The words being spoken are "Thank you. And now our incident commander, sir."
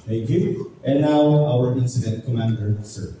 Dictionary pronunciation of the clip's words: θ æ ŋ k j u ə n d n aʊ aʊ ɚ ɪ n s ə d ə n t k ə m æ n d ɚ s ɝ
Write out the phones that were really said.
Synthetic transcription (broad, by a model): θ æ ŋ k j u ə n n aʊ aʊ ɚ ɪ n s ə d ə n t k ə m æ n d ɚ s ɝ